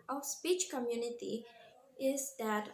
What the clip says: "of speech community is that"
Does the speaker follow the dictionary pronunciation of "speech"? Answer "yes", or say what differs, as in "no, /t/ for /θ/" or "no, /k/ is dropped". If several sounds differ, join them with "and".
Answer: yes